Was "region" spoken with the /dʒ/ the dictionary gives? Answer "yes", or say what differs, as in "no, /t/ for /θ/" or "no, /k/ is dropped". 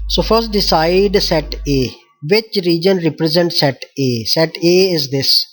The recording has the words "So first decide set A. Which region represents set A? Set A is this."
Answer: yes